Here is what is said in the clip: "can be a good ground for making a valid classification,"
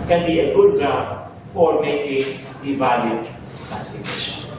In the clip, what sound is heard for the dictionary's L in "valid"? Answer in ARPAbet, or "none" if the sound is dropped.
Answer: none